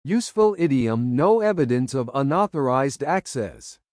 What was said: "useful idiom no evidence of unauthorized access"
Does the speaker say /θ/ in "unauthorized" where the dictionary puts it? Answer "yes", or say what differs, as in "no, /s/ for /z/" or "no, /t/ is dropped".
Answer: yes